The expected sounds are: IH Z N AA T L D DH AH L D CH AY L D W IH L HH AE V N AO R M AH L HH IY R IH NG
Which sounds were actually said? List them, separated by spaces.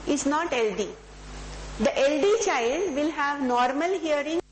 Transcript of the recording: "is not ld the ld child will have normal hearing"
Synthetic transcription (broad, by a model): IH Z N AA T L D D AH L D CH AY L D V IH L HH AE V N AO R M AH L HH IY R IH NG